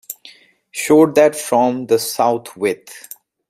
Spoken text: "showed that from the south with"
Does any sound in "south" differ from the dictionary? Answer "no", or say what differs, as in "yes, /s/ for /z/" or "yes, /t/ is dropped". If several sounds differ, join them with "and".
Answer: yes, /t/ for /θ/